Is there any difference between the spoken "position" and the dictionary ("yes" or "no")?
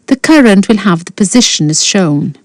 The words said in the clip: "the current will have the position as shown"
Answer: no